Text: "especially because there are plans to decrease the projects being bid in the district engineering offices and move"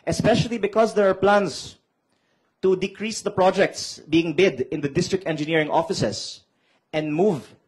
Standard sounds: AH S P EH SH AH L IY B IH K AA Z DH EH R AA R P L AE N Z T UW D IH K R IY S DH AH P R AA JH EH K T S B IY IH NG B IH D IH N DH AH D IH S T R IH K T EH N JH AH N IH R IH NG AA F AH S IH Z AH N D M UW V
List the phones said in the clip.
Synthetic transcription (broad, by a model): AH S P EH SH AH L IY B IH K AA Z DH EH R AA R P L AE N S T UW D IH K R IY S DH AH P R AA JH EH K T S B IY IH NG B IH D IH N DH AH D IH S T R IH K T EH N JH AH N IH R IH NG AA F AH S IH S AH N D M UW V